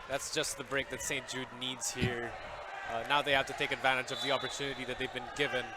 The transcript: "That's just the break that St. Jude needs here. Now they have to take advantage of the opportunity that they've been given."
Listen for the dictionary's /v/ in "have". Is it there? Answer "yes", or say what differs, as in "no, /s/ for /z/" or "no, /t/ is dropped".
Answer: no, /f/ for /v/